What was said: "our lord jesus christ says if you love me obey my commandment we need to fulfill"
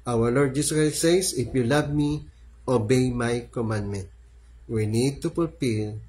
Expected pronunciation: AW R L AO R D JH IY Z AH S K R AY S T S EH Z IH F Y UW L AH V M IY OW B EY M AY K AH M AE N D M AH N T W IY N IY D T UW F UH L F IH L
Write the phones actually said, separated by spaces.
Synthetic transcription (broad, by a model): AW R L AO R D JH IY S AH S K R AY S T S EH S IH F Y UW L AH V M IY OW B EY M AY K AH M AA N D M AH N T W IY N IY D T UW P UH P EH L